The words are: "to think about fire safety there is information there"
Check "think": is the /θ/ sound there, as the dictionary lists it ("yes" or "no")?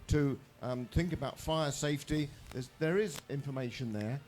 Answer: yes